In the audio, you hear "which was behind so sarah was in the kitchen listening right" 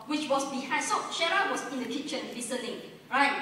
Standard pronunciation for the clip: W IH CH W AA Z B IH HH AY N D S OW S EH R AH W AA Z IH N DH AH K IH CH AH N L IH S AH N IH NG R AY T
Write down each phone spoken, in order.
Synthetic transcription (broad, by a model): W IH CH W AA S B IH HH AY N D S OW SH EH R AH W AA S IH N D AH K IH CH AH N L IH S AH L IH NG R AY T